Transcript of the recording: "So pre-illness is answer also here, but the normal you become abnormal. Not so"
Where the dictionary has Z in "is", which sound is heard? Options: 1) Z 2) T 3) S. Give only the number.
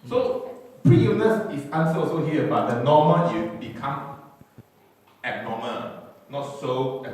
3